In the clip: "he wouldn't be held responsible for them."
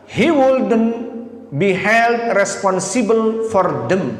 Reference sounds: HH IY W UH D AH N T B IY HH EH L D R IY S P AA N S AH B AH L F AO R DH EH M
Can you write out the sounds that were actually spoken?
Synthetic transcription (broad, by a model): HH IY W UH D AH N B IY HH EH L D R IY S P AA N S AH B AH L F AO R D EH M